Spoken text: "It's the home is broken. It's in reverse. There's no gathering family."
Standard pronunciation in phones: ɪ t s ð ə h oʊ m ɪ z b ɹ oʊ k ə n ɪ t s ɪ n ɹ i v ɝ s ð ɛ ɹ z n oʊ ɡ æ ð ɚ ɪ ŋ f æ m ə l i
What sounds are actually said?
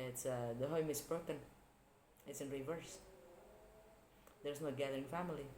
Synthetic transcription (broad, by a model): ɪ t s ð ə h oʊ m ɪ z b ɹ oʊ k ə n ɪ t s ɪ n ɹ i v ɝ s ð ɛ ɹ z n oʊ ɡ æ ð ɚ ɪ ŋ f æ m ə l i